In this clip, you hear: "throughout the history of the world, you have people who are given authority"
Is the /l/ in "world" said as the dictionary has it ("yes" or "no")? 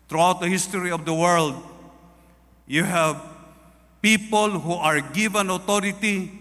yes